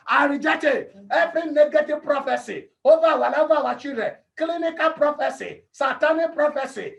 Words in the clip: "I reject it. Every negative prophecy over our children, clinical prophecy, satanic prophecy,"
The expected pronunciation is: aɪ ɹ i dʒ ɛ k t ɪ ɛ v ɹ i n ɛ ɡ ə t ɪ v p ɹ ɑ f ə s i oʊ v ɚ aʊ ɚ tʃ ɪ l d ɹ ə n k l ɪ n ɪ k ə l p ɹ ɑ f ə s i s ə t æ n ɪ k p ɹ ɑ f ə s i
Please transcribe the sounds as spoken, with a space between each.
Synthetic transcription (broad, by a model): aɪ ɹ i dʒ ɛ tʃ ɪ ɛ f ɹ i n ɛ ɡ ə t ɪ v p ɹ ɑ f ə s i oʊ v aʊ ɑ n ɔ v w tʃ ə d k l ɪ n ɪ k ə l p ɹ ɑ f ə s i s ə t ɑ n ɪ p ɹ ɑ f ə s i